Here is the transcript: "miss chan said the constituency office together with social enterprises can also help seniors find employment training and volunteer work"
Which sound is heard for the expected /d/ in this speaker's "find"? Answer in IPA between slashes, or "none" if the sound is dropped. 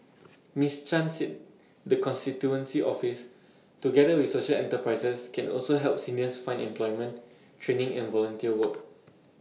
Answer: none